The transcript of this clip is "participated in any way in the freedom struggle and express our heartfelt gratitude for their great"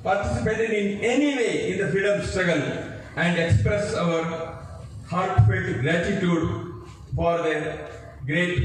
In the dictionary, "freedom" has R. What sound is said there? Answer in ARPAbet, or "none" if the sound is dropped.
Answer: none